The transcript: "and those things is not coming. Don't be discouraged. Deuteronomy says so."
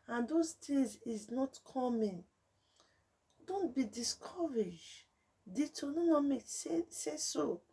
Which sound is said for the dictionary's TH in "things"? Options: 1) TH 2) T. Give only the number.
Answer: 2